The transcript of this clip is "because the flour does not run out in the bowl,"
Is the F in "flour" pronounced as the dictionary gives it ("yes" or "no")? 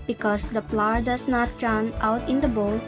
no